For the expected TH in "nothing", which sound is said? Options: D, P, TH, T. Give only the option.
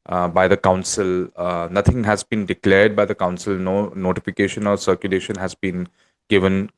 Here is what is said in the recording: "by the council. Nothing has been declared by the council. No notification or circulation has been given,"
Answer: T